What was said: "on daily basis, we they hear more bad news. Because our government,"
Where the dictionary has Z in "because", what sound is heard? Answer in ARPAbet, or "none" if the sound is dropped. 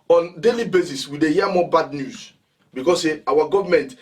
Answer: S